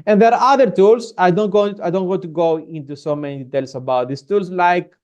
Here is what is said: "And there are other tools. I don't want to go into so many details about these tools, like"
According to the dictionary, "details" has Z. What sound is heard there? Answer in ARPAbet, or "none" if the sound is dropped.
S